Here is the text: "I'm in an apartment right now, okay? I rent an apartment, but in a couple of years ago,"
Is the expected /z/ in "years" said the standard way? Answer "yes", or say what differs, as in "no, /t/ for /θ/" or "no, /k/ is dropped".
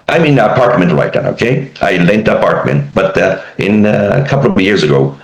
yes